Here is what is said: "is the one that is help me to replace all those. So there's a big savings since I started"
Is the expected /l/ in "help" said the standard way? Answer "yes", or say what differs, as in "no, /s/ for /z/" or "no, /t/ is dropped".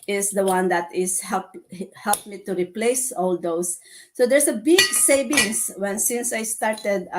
yes